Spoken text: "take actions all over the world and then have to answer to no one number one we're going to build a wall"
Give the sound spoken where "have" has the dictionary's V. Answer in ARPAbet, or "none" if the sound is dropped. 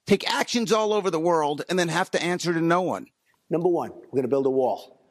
F